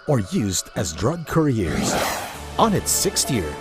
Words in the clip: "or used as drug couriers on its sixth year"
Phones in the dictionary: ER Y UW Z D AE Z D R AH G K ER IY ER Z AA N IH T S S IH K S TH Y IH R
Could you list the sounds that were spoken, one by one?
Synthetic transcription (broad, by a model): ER Y UW Z D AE Z D R AH G K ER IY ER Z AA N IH T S S IH K S T Y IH R